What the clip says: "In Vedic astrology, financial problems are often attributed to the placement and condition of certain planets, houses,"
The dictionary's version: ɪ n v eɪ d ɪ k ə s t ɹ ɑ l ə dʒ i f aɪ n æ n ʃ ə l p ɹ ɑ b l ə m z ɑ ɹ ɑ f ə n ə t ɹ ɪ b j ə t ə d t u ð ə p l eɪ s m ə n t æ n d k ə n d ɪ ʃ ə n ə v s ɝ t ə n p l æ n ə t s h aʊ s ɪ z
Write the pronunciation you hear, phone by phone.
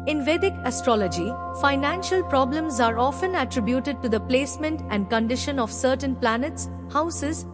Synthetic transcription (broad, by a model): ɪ n v eɪ d ɪ k ə s t ɹ ɑ l ə dʒ i f aɪ n æ n ʃ ə l p ɹ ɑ b l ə m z ɑ ɹ ɑ f ə n ə t ɹ ɪ b j ə t ə d t u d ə p l eɪ s m ə n t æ n d k ə n d ɪ ʃ ə n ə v s ɝ t ə n p l æ n ə t s h aʊ s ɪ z